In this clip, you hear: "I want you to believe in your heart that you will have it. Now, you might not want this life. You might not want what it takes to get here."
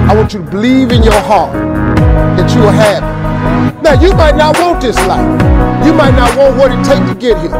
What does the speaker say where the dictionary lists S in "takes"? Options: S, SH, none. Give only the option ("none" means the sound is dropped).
none